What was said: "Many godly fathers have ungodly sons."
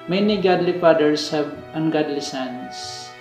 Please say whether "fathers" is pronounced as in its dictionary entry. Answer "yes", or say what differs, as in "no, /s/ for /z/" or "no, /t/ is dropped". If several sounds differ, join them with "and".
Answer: no, /p/ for /f/ and /s/ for /z/